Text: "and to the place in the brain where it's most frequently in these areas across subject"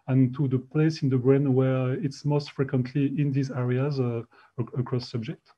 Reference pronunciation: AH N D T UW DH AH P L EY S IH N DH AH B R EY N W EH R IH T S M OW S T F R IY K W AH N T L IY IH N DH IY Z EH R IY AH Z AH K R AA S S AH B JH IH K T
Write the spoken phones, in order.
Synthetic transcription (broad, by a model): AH N T UW DH AH P L EY S IH N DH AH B R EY N W EH R IH T S M OW S T F R IY K W AH N T L IY IH N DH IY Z EH R IY AH Z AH K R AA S S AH B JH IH K T